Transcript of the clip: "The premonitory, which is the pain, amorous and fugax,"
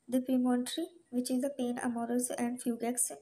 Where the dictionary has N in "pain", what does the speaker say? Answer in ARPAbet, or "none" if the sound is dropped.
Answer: N